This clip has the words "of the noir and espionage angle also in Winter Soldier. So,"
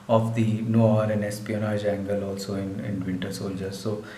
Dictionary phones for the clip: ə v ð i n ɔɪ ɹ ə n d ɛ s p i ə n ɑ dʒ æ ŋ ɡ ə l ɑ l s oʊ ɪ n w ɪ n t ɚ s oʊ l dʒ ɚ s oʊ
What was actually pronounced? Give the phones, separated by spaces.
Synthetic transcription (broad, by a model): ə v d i n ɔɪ ɹ ə n d ɛ s p i ə n ɑ dʒ æ ŋ ɡ ə l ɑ l s oʊ ɪ n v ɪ n t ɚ s oʊ l dʒ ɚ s oʊ